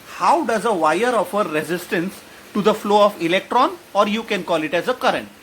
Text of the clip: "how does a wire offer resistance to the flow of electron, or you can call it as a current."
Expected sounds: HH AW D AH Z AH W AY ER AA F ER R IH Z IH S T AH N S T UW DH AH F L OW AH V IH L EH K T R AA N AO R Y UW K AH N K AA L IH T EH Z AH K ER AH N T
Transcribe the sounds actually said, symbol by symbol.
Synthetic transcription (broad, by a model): HH AW D AH Z AH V AY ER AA F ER R IH Z IH S T AH N S T UW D AH F L OW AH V IH L EH K T R AA N AO R Y UW K AH N K AA L IH T EH Z AH K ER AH N T